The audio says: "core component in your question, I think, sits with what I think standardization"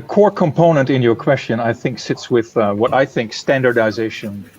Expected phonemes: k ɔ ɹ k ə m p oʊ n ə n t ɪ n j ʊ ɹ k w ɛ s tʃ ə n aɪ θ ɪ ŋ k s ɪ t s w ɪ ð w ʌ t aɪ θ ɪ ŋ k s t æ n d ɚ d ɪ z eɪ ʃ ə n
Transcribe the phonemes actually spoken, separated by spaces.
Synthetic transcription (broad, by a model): k ɔ ɹ k ə m p oʊ n ə n t ɪ n j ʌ ɹ k w ɛ s tʃ ə n aɪ θ ɪ ŋ k s ɪ t s w ɪ ð w ʌ t aɪ θ ɪ ŋ k s t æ n d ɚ d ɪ z eɪ ʃ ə n